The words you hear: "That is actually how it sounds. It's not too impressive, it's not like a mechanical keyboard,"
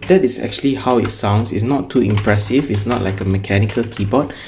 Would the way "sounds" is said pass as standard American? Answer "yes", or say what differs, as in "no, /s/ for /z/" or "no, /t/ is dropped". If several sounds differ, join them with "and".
no, /s/ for /z/